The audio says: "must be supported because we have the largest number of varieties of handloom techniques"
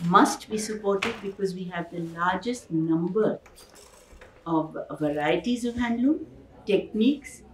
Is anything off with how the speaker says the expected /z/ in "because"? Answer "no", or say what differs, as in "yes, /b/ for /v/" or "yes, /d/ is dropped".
no